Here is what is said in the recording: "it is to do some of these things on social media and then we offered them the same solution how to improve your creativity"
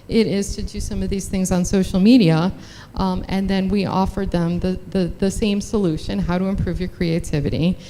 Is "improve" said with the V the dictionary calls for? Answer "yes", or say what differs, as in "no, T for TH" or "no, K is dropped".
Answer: yes